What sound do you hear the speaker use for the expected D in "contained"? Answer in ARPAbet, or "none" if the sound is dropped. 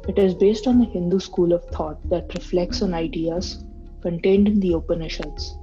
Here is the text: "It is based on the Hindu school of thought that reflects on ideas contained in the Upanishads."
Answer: D